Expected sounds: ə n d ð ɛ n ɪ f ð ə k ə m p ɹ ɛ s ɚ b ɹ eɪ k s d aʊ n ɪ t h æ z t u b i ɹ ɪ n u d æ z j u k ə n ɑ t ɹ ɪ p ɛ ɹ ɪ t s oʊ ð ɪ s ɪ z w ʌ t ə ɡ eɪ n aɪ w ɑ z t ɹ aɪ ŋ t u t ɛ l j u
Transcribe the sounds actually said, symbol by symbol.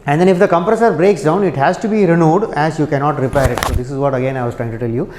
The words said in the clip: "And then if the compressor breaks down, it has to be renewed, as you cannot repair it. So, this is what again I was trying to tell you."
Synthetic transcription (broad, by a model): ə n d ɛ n ɪ f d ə k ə m p ɹ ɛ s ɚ b ɹ eɪ k s d aʊ n ɪ t h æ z t u b i ɹ ɪ n u d æ z j u k ə n ɑ t ɹ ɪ p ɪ ɹ ɪ t s oʊ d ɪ s ɪ z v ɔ t ə ɡ eɪ n aɪ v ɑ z t ɹ aɪ ŋ t u t ɛ l j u